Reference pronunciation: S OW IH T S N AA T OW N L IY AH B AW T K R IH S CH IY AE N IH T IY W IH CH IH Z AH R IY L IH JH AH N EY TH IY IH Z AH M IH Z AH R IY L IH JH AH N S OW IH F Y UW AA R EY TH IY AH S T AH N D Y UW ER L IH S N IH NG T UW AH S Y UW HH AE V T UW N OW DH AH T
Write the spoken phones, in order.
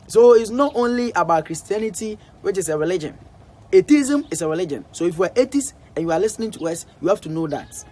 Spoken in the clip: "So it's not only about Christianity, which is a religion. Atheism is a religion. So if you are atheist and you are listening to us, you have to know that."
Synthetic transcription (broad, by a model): S OW IH T S N AA T OW N L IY AH B AW T K R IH S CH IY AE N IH T IY W IH CH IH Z AH R IY L IH JH AH N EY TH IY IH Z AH M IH S AH R IY L IH JH AH N S OW IH F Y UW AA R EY T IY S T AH N Y UW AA L IH S N IH NG T UW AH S Y UW HH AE F T UW N OW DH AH T